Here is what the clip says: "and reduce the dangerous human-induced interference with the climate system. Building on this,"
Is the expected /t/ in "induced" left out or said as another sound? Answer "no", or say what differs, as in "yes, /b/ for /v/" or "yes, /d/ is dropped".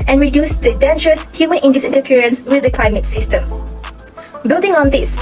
yes, /t/ is dropped